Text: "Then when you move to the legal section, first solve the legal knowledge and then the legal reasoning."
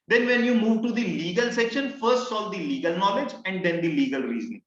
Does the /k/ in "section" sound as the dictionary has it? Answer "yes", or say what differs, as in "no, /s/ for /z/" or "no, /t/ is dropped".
yes